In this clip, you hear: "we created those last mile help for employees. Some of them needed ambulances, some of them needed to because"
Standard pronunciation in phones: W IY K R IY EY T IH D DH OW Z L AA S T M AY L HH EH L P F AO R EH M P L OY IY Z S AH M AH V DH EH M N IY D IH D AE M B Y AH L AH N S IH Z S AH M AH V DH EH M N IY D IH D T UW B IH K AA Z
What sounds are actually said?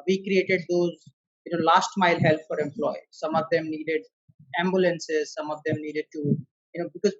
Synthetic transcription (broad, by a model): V IY K R IY EY T IH D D OW Z L AA S T M AY L HH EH L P F AO R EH M P L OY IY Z S AH M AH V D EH M N IY D IH D AE M B Y AH L AH N S IH Z S AH M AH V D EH M N IY D IH D T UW B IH K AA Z